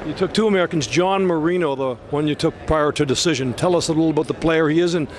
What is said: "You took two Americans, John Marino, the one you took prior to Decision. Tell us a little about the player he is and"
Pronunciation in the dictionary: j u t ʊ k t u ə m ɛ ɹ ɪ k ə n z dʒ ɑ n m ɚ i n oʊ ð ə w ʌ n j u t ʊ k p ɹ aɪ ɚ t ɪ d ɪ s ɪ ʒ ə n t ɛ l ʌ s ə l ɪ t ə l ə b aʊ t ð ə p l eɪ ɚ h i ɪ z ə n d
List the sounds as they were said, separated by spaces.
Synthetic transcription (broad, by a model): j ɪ t ʊ k t u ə m ɛ ɹ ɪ k n z dʒ ɑ n m ɚ i n oʊ ð ə w ʌ n j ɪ t ʊ k p ɹ aɪ ɚ t ɪ d ɪ s ɪ ʒ ə n t ɛ l ʌ s ə l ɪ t l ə b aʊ t ð ə p l eɪ ɚ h i ɪ z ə n